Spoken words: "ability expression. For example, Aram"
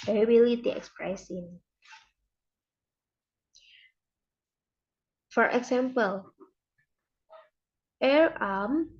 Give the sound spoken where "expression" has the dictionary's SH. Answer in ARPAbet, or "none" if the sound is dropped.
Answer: S